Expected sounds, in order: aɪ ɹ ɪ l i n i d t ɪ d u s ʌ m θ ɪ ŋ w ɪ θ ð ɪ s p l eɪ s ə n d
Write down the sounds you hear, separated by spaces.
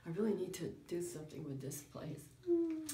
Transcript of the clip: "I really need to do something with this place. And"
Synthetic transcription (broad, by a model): aɪ ɹ ɪ l i n i d t ɪ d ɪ s ʌ m θ ɪ ŋ w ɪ ð ɪ s p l eɪ ə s